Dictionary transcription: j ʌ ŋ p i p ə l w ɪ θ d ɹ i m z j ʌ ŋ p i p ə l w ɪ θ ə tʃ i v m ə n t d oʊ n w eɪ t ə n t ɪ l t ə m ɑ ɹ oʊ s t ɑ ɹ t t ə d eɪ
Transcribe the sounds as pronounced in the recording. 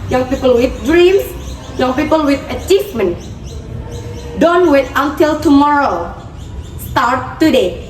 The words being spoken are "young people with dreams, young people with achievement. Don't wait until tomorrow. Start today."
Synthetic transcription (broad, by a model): j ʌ ŋ p i p ə l w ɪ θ d ɹ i m s j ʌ ŋ p i p ə l w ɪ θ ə tʃ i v m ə n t d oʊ n w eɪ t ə n t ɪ l t ə m ɑ ɹ oʊ s t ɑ ɹ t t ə d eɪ